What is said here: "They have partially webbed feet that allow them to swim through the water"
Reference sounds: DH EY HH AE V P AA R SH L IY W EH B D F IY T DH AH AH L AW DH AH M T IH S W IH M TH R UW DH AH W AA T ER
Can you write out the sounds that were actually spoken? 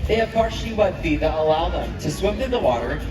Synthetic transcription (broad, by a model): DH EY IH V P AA R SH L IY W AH D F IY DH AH AH L AW DH AH M T IH S W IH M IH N DH AH W AA T ER